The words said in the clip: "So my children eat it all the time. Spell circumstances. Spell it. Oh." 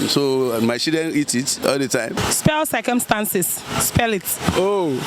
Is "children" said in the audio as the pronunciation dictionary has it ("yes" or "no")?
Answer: no